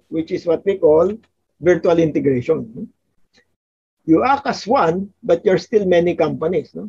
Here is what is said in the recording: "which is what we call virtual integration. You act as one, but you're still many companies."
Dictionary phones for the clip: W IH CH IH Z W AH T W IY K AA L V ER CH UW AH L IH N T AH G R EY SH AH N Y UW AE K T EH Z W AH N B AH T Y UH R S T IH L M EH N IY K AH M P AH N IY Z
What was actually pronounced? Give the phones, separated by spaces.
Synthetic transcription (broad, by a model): W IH CH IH S W AH T W IY K AA L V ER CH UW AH L IH N T AH G R EY SH AH N Y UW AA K AH S W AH N B AH T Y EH R S T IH L M EH N IY K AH M P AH N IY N